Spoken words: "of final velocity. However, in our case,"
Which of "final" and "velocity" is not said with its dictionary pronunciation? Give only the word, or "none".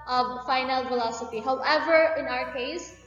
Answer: velocity